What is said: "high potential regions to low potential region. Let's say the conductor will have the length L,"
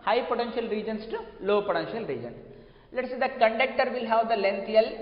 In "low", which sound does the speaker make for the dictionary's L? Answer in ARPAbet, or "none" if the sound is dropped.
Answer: L